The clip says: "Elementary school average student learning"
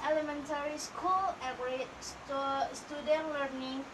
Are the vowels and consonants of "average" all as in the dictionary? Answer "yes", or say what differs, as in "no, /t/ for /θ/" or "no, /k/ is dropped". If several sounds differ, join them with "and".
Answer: no, /p/ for /v/